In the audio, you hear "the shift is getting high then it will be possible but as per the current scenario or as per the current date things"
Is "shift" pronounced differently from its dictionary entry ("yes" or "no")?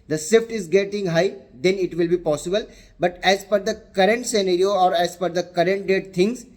yes